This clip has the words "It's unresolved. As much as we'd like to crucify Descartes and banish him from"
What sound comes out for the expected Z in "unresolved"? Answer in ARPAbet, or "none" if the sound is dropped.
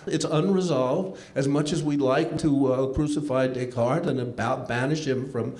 Z